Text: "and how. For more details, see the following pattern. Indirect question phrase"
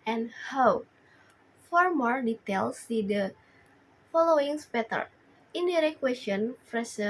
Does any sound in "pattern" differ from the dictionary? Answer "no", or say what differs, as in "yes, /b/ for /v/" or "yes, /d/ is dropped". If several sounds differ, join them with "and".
yes, /n/ is dropped